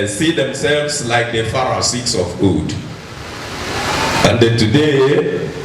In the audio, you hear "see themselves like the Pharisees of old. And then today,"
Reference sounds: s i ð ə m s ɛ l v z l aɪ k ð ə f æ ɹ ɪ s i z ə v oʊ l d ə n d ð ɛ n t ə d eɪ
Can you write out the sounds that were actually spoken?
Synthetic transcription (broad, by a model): s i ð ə m s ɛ l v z l aɪ k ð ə f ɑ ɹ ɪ s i s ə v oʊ d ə n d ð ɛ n t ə d eɪ